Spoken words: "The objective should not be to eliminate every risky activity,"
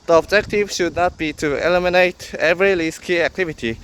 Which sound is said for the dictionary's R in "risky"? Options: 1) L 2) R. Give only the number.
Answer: 1